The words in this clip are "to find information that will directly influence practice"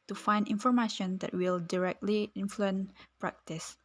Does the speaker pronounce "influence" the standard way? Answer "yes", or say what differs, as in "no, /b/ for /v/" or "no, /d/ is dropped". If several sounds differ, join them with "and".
no, /s/ is dropped